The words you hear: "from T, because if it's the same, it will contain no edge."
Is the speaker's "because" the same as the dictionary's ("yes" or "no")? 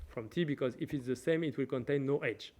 yes